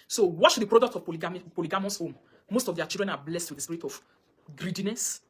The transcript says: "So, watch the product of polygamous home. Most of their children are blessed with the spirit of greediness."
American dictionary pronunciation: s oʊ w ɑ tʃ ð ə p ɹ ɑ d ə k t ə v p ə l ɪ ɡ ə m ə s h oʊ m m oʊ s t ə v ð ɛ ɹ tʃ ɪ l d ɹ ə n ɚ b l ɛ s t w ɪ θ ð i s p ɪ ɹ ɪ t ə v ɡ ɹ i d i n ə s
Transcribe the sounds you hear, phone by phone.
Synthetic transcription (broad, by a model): s oʊ w ɑ tʃ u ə p ɹ ɑ d ə k t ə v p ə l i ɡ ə m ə s h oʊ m m oʊ s t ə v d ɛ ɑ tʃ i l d ɹ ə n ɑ b l ɛ s t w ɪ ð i s p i ɹ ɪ t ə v ɡ ɹ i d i n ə s